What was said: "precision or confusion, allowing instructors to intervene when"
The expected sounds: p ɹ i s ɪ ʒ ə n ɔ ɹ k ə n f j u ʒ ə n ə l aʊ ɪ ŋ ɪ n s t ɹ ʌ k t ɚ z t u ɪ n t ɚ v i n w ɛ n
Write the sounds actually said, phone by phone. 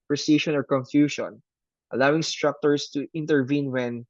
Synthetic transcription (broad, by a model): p ɹ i s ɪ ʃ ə n ɔ ɹ k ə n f j u ʃ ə n ə l aʊ ɪ ŋ s t ɹ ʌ k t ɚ s t u ɪ n t ɚ v i n w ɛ n